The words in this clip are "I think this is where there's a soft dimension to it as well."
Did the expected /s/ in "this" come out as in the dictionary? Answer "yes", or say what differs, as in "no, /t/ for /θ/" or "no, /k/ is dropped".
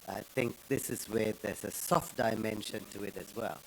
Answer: yes